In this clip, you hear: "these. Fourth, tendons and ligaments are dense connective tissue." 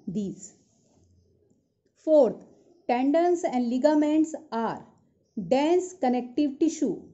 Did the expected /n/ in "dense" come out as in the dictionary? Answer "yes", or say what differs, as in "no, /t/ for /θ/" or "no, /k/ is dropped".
yes